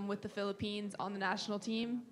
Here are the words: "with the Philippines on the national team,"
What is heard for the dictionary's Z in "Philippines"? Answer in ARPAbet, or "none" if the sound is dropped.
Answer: Z